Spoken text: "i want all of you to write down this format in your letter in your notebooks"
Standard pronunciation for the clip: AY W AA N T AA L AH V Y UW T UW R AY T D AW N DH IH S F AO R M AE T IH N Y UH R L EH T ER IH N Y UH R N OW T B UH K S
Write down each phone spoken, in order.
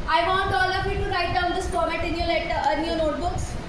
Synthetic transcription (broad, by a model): AY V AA N T AA L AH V Y UW T UW R AY T D AW N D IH S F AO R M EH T IH N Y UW L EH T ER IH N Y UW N OW T B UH K S